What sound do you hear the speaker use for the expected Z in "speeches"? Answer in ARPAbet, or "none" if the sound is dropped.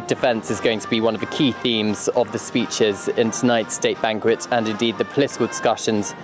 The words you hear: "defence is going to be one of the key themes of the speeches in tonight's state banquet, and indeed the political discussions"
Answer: Z